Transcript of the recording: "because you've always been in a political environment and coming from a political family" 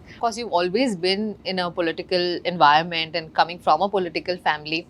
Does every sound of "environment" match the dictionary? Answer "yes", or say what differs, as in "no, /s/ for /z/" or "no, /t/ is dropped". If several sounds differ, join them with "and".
yes